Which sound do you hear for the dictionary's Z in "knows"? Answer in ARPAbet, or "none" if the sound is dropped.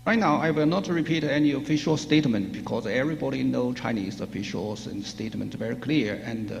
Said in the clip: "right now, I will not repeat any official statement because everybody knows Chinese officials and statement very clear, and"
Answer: none